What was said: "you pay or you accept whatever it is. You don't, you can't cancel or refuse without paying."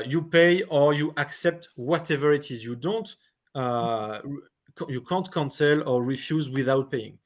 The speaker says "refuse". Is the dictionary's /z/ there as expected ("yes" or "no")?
yes